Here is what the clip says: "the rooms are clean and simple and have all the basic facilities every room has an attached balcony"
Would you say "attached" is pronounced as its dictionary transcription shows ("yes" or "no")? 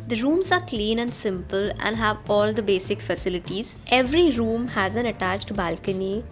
yes